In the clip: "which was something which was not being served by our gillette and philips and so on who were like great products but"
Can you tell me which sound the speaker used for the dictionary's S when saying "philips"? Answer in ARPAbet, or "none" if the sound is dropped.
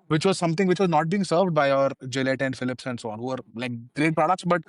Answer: S